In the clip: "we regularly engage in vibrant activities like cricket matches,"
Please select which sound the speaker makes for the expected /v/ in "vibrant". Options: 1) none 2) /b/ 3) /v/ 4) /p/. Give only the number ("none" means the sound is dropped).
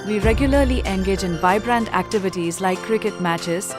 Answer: 2